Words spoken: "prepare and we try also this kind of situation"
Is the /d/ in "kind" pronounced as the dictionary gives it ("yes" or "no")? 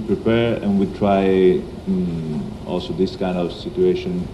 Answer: yes